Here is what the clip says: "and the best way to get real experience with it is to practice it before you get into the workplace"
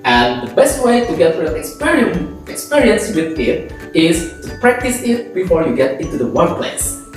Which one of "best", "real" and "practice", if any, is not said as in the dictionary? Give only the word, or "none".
real